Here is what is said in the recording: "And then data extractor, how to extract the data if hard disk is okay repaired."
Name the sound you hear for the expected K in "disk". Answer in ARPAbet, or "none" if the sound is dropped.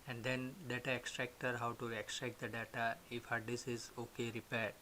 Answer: none